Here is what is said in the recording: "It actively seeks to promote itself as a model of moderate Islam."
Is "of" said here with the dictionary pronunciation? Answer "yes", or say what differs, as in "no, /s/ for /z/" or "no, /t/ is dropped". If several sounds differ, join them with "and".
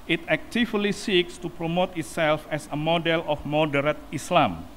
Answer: no, /f/ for /v/